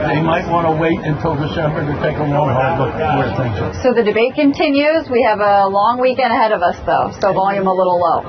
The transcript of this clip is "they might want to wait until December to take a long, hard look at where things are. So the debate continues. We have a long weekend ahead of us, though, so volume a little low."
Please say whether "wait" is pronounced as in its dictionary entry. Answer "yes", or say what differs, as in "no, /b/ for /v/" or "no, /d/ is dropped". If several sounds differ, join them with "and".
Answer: yes